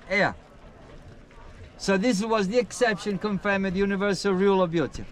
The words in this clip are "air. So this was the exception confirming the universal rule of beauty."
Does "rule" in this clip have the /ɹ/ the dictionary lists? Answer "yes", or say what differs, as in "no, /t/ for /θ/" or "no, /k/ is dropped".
yes